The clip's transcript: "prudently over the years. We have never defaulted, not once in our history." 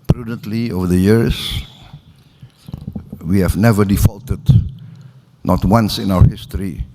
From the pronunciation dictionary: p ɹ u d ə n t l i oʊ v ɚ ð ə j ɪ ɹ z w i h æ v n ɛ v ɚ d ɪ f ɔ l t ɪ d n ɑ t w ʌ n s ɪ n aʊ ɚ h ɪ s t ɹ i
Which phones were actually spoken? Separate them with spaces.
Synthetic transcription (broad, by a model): p ɹ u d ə n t l i oʊ v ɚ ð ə j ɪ ɹ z w i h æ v n ɛ v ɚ d ɪ f ɔ l t ɪ d n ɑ t w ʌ n s ɪ n aʊ ɚ h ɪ s t ɹ i